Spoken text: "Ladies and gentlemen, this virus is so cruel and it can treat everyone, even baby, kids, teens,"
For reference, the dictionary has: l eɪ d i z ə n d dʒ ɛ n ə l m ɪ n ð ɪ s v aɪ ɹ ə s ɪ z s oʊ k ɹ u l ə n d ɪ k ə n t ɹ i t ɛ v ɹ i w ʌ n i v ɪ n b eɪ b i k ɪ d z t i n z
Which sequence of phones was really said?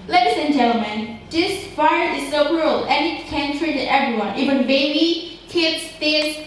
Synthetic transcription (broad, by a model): l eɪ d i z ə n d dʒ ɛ l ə m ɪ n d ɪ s f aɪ ə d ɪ s oʊ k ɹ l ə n ɪ k ə n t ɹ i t ɛ v ɹ i w ʌ n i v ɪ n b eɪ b i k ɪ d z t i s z